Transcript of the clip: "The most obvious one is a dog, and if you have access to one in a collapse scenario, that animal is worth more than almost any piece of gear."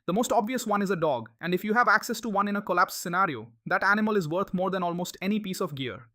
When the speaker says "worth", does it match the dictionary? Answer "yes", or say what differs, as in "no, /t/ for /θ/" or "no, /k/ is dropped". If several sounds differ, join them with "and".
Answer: no, /t/ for /θ/